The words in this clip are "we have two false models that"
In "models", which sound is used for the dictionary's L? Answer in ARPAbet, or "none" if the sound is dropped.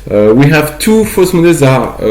none